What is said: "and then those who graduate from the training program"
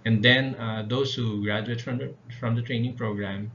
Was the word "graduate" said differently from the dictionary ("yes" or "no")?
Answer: no